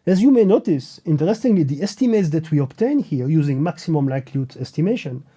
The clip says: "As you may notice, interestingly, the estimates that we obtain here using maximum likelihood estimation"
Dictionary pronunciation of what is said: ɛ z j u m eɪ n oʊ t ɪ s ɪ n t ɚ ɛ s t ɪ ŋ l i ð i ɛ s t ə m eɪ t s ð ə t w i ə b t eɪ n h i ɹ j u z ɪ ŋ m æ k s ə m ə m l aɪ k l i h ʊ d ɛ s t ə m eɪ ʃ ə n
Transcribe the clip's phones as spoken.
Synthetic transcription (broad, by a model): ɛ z j u m eɪ n oʊ t ɪ s ɪ n t ɚ ɛ s t ɪ ŋ l i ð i ɛ s t ə m eɪ t s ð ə t w i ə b t eɪ n h i ɹ j u z ɪ ŋ m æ k s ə m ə m l aɪ k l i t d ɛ s t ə m eɪ ʃ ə n